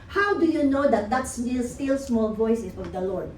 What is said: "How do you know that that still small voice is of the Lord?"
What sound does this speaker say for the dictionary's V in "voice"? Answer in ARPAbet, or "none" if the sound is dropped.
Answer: V